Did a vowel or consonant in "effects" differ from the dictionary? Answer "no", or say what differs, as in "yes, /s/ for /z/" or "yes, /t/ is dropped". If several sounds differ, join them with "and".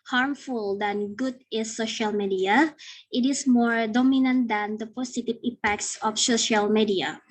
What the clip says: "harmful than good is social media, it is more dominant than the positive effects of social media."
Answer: yes, /p/ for /f/